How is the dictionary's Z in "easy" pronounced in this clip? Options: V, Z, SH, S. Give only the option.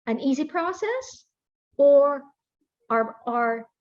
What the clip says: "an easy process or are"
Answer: Z